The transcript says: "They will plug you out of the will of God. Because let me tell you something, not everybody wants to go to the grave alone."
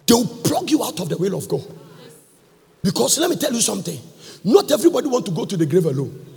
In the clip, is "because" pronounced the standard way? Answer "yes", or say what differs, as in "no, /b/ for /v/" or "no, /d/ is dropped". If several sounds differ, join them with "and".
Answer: no, /s/ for /z/